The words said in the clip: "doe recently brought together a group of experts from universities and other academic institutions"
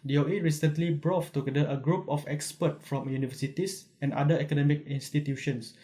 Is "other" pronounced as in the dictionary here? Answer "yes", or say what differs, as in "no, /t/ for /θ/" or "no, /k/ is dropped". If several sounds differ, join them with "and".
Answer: no, /ð/ is dropped